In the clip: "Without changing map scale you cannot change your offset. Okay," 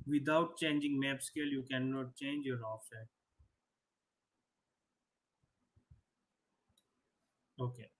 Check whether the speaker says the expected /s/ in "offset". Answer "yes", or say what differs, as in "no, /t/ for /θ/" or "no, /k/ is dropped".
no, /s/ is dropped